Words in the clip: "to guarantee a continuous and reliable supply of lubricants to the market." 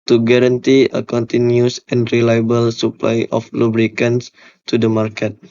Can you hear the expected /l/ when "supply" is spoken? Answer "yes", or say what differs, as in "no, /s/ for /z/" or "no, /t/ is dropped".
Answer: yes